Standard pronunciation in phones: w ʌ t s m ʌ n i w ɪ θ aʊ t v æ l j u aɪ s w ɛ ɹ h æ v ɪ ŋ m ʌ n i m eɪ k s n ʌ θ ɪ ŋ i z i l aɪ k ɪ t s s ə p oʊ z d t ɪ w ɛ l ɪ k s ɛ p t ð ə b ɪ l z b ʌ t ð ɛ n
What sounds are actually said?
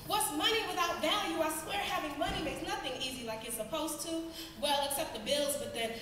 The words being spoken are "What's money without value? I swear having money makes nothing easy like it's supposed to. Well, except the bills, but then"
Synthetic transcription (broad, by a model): w ʌ t s m ʌ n i w ɪ θ aʊ t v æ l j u aɪ s w ɛ ɹ h æ v ɪ ŋ m ʌ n i m eɪ k s n ʌ θ ɪ ŋ i z i l aɪ k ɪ t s s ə p oʊ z t ɪ w ɛ l ɪ k s ɛ p t ð ə b ɪ l z b ʌ t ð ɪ n